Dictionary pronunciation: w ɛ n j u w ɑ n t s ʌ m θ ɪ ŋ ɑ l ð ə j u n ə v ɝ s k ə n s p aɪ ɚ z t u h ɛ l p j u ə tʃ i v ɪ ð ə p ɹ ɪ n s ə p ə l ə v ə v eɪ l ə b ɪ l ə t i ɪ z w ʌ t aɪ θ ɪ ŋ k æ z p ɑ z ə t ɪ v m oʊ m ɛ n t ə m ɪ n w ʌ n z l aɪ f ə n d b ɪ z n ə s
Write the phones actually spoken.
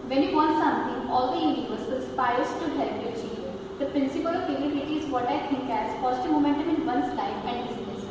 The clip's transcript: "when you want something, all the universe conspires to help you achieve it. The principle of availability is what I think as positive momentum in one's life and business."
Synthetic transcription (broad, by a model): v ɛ n j u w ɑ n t s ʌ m t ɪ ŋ ɑ l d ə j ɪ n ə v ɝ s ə l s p aɪ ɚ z t u h ɛ l p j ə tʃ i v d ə p ɹ ɪ n s ə p ə l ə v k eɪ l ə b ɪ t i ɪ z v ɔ t aɪ t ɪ ŋ k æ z f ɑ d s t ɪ m oʊ m ɛ n t ə m ɪ n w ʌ n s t aɪ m ə n d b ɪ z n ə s